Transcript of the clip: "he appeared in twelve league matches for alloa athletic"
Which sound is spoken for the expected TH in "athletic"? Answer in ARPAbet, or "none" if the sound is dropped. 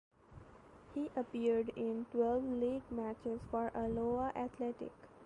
T